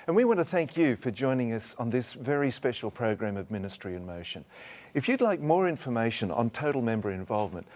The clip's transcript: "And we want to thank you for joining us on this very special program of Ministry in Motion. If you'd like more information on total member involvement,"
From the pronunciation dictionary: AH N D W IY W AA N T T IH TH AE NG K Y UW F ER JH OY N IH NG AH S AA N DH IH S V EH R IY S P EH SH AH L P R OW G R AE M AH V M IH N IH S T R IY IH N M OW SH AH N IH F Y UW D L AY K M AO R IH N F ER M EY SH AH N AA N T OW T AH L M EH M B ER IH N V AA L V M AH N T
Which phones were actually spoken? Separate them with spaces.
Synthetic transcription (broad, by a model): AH N W IY W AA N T T IH TH AE NG K Y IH F ER JH OY N IH NG AH S N DH IH S V EH R IY S P EH SH L P R OW G R AE M AH V M IH N IH S T R IY IH N M OW SH AH N IH F Y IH D L AY K M AO R IH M F ER M EY SH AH N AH N T OW T L M EH M B ER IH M V AA L V M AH N T